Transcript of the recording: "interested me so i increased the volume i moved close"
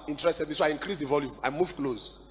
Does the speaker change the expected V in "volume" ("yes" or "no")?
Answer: no